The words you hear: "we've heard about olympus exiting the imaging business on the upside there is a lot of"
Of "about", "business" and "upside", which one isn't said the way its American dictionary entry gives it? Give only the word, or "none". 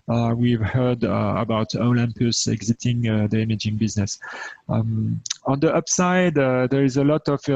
none